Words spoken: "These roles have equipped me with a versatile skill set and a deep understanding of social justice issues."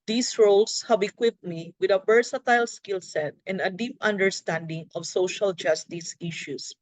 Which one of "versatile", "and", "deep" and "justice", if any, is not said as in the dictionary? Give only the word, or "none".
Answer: versatile